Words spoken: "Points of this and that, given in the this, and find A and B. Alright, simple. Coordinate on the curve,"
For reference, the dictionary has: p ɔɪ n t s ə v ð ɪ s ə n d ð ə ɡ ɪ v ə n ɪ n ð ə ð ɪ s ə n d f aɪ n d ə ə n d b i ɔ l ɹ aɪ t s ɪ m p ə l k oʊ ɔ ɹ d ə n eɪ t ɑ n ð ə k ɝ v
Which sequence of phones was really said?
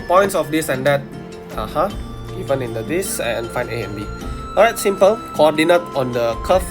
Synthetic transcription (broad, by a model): p ɔɪ n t s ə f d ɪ s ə n d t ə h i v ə n ɪ n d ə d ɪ s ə n f aɪ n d ə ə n b i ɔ ɹ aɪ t s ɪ m p ə l k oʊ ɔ d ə n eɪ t ɑ n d ə k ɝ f